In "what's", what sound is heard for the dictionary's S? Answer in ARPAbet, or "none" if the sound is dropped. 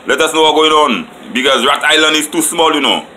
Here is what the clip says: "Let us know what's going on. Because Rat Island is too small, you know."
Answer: none